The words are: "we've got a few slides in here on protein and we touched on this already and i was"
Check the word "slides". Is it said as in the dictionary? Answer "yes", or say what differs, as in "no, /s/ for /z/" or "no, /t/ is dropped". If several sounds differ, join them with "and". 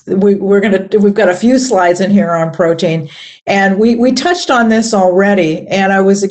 yes